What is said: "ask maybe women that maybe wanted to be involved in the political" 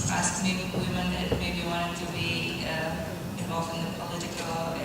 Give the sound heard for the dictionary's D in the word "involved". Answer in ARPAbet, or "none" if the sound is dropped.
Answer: none